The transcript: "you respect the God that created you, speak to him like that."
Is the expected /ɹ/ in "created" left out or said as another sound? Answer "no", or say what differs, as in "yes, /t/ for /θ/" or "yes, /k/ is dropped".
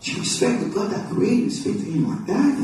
yes, /ɹ/ is dropped